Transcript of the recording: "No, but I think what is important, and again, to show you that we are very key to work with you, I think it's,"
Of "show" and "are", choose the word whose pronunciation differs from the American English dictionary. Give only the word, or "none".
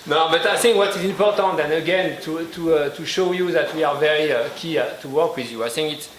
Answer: none